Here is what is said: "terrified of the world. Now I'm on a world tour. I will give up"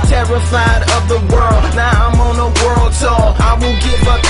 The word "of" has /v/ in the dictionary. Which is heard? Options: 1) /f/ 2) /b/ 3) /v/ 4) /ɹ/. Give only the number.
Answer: 3